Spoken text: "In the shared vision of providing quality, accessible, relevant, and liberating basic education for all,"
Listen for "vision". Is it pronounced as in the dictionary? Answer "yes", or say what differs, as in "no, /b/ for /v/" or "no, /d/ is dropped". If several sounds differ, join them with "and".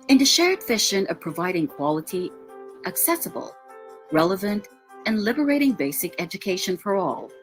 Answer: no, /f/ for /v/ and /ʃ/ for /ʒ/